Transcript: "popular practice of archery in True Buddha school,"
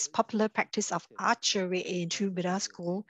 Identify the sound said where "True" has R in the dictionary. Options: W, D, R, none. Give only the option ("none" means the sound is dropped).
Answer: none